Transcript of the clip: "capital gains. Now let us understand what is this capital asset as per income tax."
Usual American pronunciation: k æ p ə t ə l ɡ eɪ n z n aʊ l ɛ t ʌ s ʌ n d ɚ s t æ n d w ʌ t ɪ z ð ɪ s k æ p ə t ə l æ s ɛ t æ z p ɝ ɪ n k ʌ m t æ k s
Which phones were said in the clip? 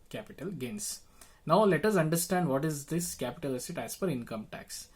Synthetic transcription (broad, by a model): k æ p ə t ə l ɡ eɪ n s n aʊ l ɛ t ʌ s ʌ n d ɚ s t æ n d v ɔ t ɪ z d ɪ s k æ p ə t ə l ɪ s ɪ t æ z f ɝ ɪ n k ʌ m t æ k s